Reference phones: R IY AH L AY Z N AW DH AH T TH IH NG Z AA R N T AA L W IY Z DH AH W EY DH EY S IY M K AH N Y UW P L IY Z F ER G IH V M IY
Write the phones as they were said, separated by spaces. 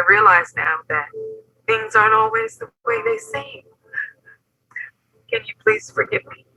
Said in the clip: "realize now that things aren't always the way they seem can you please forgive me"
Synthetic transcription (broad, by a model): R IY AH L AY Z N AW DH AH T TH IH NG Z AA R T AA L W IY Z DH AH W EY DH EY S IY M K AH N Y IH P L IY Z F ER G IH V M IY